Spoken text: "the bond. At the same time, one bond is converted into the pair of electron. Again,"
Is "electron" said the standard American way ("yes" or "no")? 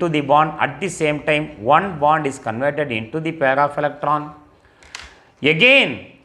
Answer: yes